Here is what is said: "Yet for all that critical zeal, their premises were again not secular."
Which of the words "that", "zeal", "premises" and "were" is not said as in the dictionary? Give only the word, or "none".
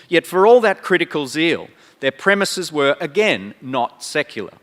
none